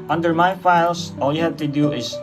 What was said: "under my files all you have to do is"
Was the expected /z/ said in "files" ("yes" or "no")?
no